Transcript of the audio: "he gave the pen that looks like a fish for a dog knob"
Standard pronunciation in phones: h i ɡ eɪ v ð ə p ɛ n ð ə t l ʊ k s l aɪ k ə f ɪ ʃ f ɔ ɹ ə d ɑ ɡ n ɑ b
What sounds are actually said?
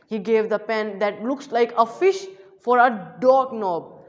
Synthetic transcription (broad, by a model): h i ɡ eɪ v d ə p ɛ n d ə t l ʊ k s l aɪ k ə f ɪ ʃ f ɔ ɹ ə d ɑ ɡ n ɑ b